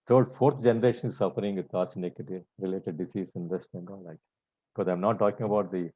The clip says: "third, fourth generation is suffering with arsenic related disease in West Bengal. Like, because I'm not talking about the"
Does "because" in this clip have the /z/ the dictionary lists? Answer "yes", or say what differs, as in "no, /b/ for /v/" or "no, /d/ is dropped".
no, /z/ is dropped